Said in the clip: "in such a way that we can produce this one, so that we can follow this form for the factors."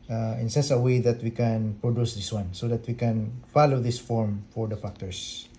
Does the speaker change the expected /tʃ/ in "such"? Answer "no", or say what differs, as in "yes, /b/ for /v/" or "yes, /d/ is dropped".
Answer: yes, /s/ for /tʃ/